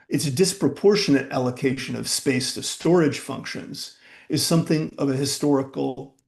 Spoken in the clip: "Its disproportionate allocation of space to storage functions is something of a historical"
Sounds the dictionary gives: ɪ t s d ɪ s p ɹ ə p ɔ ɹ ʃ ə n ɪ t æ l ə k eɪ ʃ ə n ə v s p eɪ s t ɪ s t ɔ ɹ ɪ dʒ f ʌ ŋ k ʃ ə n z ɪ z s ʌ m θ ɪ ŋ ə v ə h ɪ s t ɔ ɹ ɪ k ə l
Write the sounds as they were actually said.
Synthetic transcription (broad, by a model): ɪ t s d ɪ s p ɹ ə p ɔ ɹ ʃ ə n ɪ t æ l ə k eɪ ʃ ə n ə v s p eɪ s t ɪ s t ɔ ɹ ɪ dʒ f ʌ ŋ k ʃ ə n z ɪ z s ʌ m θ ɪ ŋ ə v ə h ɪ s t ɔ ɹ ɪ k l